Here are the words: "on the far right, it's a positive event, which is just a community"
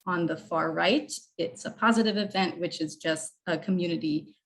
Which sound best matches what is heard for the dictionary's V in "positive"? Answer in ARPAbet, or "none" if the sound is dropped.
V